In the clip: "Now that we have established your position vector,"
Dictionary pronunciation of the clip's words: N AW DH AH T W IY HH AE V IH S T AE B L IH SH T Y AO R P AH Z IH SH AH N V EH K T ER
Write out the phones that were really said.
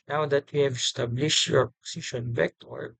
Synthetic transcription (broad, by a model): N AW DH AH T W IY HH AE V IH S T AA B L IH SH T Y AO R P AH S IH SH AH N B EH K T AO